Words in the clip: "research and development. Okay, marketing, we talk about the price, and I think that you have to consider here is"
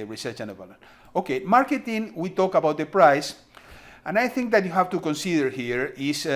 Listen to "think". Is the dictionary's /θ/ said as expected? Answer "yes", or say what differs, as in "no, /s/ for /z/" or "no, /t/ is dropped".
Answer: yes